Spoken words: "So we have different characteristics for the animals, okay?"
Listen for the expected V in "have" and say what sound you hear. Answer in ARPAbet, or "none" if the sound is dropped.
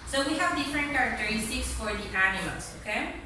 V